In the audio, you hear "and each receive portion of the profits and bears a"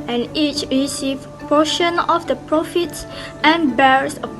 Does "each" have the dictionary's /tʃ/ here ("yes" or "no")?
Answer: yes